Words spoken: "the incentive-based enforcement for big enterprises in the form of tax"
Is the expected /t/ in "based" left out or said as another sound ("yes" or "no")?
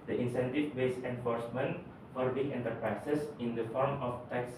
yes